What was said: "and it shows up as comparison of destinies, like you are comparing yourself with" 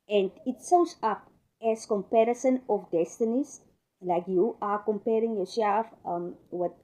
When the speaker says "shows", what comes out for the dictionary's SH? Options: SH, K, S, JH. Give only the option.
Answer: S